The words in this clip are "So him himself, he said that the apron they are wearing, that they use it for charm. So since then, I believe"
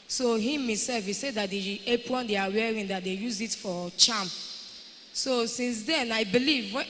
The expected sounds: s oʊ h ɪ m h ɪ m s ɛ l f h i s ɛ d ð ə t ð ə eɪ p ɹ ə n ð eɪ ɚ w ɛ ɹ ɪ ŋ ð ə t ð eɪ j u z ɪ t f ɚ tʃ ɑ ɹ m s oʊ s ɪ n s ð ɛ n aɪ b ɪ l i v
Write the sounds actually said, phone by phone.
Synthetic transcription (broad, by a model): s oʊ h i m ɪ s ɛ l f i s ɛ d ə t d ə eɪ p w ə n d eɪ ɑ w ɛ ɹ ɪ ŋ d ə t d eɪ j u z ɪ t f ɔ tʃ ɑ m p s oʊ s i n s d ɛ n aɪ b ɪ l i v